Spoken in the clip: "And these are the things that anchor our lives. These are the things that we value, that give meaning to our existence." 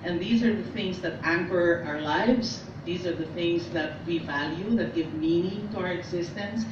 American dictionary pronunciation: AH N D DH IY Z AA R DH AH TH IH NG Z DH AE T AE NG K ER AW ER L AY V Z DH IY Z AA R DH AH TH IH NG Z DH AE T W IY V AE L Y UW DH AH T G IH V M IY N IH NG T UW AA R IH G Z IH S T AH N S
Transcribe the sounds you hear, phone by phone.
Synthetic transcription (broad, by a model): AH N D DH IY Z AA R DH AH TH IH NG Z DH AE T AE NG K ER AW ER L AY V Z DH IY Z AA R DH AH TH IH NG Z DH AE T W IY V AE L Y UW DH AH T G IH V M IY N IH NG T UW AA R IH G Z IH S T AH N S